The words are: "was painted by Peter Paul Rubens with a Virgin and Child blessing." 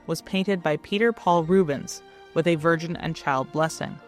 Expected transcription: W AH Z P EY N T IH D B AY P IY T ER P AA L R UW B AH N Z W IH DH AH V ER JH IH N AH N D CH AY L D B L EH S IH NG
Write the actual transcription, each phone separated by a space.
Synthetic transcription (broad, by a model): W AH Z P EY N T IH D B AY P IY T ER P AA L R UW B AH N Z W IH DH AH V ER JH IH N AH N CH AY L D B L EH S IH NG